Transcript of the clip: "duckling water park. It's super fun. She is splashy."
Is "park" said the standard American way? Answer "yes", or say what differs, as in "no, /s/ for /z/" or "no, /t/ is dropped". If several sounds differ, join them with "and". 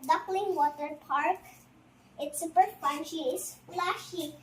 yes